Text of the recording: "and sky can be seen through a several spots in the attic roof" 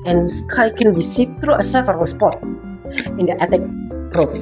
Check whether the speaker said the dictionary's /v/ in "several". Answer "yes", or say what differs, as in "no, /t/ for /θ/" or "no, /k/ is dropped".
no, /f/ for /v/